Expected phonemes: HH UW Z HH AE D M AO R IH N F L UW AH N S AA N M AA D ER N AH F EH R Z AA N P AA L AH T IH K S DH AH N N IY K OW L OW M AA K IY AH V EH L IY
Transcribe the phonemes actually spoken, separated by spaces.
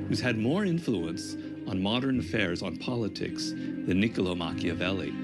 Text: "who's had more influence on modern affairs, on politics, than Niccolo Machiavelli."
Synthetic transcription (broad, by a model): HH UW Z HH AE D M AO R IH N F L UW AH N S N M AA D ER N AH F EH R Z N P AA L AH T IH K S DH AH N N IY K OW L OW M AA K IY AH V EH L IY